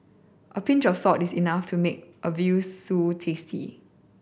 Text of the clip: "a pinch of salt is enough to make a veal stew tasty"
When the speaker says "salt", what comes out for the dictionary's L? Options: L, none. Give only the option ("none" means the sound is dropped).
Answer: none